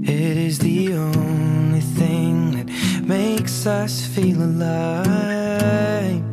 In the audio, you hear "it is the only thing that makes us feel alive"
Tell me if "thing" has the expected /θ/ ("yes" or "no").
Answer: yes